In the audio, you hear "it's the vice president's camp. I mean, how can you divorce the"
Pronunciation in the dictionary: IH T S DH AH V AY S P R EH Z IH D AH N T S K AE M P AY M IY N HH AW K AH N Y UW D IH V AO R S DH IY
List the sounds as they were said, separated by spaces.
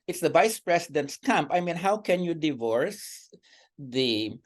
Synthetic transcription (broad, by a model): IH T S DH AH V AY S P R EH S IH D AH N T S K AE M P AY M IY N HH AW K AH N Y UW D IH V AO R S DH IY